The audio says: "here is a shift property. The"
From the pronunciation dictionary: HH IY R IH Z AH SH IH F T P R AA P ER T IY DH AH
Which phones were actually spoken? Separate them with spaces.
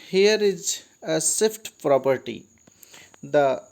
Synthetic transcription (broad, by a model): HH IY R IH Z AH S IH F T P R AA P ER T IY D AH